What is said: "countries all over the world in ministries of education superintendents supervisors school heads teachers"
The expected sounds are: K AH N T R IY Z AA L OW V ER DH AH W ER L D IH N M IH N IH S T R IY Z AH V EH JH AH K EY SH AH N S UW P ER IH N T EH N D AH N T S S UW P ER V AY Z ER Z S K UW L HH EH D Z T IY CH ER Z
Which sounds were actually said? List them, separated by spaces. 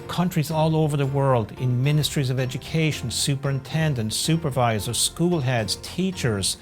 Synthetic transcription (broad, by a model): K AH N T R IY Z AA L OW V ER DH AH W ER L D IH N M IH N IH S T R IY Z AH V EH JH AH K EY SH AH N S UW P ER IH N T EH N D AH N T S S UW P ER V AY Z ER S K UW L HH EH D Z T IY CH ER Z